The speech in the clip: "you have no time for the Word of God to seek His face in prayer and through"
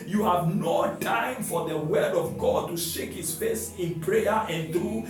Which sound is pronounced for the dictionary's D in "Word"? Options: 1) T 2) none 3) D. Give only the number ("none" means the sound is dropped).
3